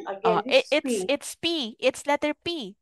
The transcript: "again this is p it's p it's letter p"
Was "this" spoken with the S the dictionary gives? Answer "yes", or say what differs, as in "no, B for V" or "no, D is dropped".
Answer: no, S is dropped